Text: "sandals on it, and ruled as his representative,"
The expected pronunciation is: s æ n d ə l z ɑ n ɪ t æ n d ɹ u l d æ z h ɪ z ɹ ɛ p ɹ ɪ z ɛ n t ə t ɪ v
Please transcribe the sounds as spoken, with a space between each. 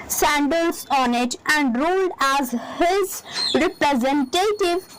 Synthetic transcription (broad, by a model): s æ n d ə l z ɑ n ɪ t æ n d ɹ u l d æ z h ɪ z ɹ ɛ p ɹ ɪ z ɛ n t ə t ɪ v